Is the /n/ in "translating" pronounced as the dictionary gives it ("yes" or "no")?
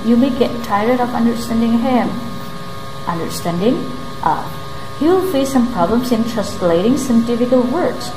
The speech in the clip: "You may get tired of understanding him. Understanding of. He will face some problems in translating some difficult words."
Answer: no